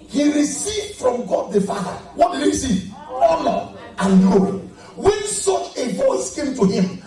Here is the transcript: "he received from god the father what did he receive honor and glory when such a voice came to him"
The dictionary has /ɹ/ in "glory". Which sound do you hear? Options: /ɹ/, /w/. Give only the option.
/w/